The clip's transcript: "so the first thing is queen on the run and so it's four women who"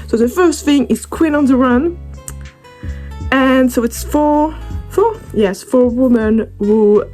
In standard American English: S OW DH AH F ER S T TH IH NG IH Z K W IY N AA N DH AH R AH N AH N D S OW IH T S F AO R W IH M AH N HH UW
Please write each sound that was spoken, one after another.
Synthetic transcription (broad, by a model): S OW DH AH F ER S T TH IH NG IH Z K W IY N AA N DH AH R AH N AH N S OW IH T S F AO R W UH M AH N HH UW